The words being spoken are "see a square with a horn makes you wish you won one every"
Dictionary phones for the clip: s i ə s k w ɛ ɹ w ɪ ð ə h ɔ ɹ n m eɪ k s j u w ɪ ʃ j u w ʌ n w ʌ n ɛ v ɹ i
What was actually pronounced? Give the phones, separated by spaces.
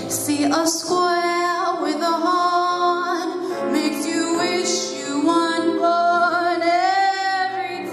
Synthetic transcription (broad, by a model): s i ə s k w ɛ l w ɪ ð ə h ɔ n m eɪ k s j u w ɪ ʃ j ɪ w ʌ n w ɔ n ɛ v ɹ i